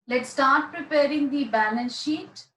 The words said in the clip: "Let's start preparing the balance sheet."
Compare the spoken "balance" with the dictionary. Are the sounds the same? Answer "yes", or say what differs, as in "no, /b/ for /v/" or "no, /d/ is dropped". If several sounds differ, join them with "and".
no, /n/ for /l/